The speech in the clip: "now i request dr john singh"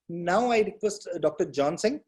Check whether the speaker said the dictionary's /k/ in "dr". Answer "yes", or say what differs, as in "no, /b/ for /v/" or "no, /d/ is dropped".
yes